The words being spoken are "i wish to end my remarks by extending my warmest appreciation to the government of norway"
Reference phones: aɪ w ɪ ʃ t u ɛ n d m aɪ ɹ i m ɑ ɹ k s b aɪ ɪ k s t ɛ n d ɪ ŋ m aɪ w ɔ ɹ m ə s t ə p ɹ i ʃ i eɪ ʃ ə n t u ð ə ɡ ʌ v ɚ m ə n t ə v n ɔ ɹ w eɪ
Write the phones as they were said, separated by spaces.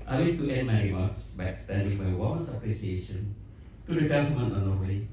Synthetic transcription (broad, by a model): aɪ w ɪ s t u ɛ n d m aɪ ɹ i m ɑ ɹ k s b aɪ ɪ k s t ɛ n d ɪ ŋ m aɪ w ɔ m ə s ə p ɹ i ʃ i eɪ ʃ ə n t u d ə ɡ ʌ f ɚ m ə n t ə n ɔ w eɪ